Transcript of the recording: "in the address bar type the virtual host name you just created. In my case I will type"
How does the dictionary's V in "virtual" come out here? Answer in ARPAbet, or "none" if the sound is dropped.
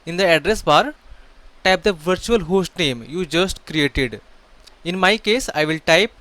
V